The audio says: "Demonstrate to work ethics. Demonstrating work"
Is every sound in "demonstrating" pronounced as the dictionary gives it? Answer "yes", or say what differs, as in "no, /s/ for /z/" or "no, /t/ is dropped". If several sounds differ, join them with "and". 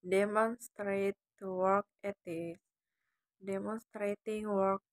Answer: yes